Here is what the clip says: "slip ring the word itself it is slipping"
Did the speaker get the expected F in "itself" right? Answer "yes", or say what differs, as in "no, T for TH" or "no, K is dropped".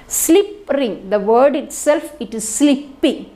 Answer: yes